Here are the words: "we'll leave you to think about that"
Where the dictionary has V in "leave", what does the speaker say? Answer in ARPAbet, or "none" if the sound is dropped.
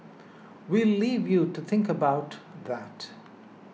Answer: V